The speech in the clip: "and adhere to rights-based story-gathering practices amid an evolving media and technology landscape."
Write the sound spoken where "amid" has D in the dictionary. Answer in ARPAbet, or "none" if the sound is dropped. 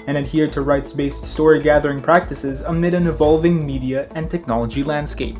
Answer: D